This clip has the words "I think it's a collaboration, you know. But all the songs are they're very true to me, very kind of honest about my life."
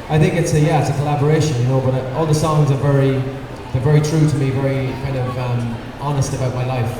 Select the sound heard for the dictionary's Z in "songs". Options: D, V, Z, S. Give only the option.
Z